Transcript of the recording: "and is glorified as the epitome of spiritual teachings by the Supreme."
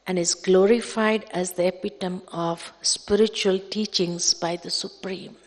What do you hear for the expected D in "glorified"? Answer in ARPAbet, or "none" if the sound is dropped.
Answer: D